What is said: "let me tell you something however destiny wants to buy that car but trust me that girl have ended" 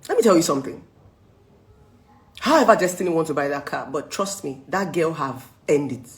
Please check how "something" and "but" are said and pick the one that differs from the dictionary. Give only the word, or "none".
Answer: none